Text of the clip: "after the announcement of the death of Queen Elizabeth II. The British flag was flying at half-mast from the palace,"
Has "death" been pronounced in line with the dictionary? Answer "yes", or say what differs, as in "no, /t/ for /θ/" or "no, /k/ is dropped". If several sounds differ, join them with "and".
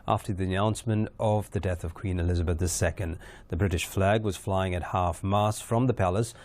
yes